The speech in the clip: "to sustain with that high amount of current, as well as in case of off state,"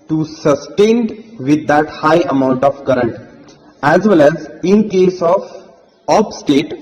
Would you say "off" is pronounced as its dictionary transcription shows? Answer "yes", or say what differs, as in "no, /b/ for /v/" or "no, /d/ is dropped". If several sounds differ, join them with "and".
no, /p/ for /f/